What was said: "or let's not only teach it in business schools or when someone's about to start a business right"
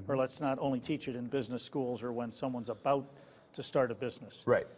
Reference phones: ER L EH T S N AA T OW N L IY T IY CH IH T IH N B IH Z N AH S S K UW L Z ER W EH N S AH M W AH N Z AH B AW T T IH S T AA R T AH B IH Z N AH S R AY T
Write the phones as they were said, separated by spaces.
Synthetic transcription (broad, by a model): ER L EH T S N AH T OW N L IY T IY CH IH T IH N B IH Z N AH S S K UW L Z ER W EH N S AH M W AH N Z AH B AW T T IH S T AA R T AH B IH Z N AH S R AY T